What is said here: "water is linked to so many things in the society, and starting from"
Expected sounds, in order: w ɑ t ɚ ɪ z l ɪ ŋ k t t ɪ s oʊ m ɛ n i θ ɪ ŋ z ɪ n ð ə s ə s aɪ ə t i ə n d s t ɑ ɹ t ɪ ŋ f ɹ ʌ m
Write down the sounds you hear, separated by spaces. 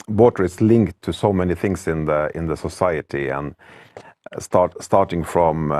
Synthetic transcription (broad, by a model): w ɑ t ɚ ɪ s l ɪ ŋ k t t ɪ s oʊ m ɛ n i θ ɪ ŋ s ɪ n ð ə s ə s aɪ ə t i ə n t s t ɑ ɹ t ɪ ŋ f ɹ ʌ m